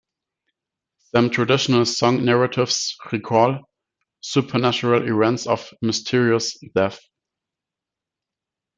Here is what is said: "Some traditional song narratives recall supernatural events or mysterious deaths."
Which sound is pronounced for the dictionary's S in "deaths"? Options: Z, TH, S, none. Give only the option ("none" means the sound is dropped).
none